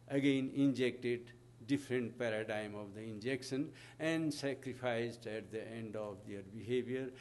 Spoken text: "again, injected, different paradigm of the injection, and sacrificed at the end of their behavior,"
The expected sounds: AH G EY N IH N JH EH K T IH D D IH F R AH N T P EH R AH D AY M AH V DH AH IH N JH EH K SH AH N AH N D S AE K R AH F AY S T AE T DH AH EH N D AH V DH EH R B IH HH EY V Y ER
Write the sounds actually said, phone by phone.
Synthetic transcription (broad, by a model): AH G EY N IH N JH EH K T IH D D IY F R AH N T P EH R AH D AY M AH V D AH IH N JH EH K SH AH N AH N D S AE K R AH P AY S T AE T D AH EH N D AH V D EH R B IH HH EY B Y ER